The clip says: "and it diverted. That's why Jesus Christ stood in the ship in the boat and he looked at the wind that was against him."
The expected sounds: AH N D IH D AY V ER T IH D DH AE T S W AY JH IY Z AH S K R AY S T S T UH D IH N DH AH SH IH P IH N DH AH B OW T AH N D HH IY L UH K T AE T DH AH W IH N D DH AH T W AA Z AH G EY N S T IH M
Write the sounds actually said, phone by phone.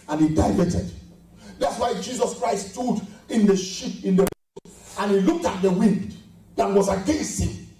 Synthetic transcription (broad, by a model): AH N IH D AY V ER T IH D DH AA T S W AY JH IY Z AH S K R AY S S T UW D IH N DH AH SH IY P IH N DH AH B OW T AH N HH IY L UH K T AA T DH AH W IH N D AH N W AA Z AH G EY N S IH